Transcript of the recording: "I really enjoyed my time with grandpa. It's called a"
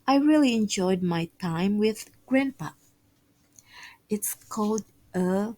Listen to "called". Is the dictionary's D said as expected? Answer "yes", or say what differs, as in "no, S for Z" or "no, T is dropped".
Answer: yes